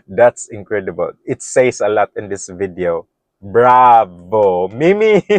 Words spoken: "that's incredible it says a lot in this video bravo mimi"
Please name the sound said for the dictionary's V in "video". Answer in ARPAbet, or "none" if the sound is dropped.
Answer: V